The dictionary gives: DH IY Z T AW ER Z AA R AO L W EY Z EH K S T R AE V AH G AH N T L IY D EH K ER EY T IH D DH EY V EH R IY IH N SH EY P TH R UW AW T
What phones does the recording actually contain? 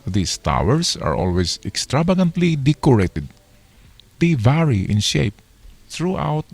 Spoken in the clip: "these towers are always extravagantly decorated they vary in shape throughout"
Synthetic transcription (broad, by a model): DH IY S T AW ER S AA R AO L W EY S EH K S T R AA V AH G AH N T L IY D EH K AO EY T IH D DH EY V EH R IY IH N SH EY P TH R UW AW T